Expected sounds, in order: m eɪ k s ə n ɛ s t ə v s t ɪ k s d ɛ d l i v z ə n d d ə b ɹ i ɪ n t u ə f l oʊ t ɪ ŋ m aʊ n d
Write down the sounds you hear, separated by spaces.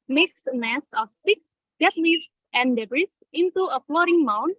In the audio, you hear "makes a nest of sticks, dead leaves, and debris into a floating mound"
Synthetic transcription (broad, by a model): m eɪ k s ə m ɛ s ə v s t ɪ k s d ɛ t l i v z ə n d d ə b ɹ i ɪ n t u ə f l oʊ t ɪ ŋ m aʊ n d